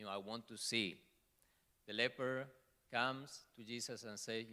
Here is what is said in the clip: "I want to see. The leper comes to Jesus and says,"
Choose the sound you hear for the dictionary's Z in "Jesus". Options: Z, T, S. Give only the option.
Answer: S